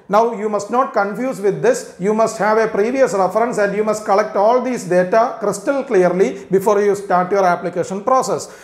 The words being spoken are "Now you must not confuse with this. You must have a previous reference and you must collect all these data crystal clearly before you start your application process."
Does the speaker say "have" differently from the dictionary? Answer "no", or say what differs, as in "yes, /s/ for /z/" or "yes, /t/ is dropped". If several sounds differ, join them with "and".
no